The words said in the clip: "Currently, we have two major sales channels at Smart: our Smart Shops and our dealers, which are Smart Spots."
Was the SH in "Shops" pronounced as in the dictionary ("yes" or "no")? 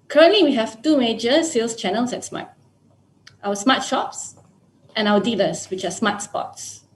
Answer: yes